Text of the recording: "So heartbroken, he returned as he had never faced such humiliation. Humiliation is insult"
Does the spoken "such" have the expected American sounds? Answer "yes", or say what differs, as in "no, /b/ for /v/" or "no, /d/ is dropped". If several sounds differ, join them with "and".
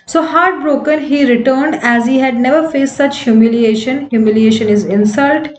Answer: yes